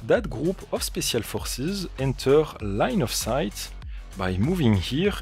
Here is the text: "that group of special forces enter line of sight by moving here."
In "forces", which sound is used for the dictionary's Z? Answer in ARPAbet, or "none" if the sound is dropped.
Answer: Z